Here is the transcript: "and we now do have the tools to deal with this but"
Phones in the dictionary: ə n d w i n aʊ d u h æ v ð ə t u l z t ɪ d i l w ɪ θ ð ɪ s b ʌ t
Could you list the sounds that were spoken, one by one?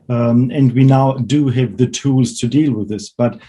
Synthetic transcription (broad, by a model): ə n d w i n aʊ d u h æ v ð ə t u l z t ɪ d i l w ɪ ð ɪ s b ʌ t